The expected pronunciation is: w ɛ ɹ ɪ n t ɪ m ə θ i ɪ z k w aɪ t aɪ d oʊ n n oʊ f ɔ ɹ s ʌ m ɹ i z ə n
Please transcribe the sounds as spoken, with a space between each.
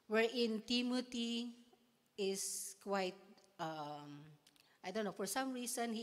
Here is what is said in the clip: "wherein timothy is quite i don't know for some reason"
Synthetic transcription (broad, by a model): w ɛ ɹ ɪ n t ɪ m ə t i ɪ s k w aɪ t aɪ d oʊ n n oʊ f ɔ ɹ s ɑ m ɹ i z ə n